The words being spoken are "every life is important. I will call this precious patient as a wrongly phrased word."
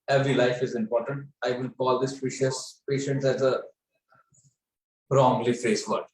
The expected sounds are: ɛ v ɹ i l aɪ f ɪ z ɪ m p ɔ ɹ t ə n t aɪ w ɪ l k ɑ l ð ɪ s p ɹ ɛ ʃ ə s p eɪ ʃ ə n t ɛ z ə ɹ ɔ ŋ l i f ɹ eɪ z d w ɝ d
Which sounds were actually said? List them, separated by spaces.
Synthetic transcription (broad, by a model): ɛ v ɹ i l aɪ f ɪ z ɪ m p ɔ ɹ t ə n t aɪ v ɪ l k ɑ l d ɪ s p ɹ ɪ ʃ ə s p eɪ ʃ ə n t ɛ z ə ɹ ɔ ŋ l i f ɹ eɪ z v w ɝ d